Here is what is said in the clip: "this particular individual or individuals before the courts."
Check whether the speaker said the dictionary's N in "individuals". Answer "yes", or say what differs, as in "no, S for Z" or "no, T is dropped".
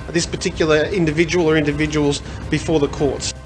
yes